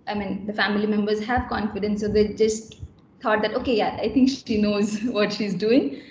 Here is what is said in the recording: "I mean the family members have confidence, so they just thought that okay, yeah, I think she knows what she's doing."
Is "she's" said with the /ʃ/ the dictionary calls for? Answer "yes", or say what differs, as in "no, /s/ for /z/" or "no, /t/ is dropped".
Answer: yes